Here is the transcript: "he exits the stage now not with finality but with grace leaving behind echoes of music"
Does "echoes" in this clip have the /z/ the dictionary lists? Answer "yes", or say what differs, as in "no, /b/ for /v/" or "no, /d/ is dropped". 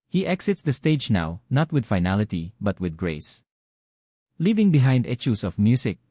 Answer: no, /s/ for /z/